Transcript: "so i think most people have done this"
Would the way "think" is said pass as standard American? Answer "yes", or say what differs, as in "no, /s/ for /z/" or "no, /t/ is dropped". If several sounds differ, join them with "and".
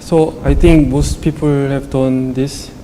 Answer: no, /t/ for /θ/